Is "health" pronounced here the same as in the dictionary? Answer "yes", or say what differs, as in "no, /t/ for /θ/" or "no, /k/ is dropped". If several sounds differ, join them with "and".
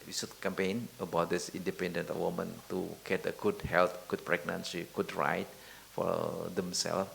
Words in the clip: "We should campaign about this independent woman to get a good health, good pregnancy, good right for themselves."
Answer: no, /t/ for /θ/